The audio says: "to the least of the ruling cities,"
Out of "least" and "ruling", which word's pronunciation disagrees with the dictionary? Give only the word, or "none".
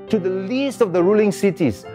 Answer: none